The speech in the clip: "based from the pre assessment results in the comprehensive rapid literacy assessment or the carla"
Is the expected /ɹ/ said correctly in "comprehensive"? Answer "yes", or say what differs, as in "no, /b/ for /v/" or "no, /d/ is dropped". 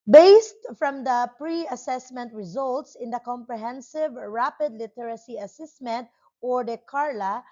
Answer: yes